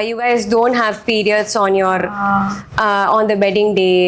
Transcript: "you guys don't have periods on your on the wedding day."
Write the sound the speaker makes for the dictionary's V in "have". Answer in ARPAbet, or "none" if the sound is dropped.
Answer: V